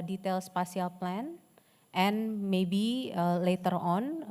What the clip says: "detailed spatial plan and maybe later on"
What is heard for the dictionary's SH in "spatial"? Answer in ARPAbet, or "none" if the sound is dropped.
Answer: S